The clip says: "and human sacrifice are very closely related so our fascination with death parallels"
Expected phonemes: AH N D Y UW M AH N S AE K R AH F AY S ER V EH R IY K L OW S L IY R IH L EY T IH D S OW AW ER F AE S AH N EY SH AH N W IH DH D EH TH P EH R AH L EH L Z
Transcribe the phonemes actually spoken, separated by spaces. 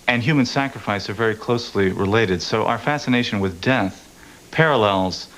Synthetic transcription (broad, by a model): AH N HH Y UW M AH N S AE K R AH F AY S ER V EH R IY K L OW S L IY R IH L EY T IH D S OW AW ER F AE S AH N EY SH AH N W IH DH D EH TH P EH R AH L EH L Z